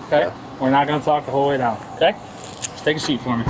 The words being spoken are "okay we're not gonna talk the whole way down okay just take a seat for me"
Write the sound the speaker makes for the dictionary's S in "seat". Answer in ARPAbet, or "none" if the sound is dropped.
SH